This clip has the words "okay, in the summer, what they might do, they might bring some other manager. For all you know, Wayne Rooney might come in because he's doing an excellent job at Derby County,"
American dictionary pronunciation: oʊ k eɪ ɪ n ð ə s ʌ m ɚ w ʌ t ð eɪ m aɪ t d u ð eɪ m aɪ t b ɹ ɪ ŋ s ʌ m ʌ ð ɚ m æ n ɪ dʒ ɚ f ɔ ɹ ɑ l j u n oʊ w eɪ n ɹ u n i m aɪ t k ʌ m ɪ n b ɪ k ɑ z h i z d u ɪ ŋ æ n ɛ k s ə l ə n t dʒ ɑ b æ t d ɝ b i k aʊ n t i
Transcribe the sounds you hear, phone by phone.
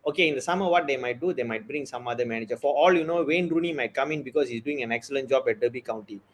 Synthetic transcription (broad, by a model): oʊ k eɪ ɪ n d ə s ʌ m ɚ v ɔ t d eɪ m aɪ t d u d eɪ m aɪ t b ɹ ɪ ŋ s ʌ m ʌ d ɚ m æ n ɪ dʒ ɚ f ɔ ɹ ɑ l j u n oʊ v eɪ n ɹ u n i m aɪ t k ʌ m ɪ n b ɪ k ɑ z h i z d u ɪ ŋ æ n ɛ k s ə l ə n t dʒ ɑ b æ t d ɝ b i k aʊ n t i